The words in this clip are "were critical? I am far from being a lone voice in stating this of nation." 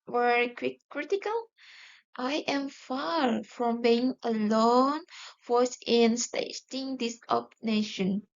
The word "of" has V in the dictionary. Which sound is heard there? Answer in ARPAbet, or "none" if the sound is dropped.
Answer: P